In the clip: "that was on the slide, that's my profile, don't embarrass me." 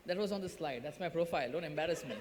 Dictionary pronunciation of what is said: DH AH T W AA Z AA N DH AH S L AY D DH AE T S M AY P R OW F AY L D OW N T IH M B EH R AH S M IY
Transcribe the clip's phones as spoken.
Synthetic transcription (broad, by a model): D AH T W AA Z AA N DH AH S L AY D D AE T S M AY P R OW F AY L D OW N T IH M B EH R AH S M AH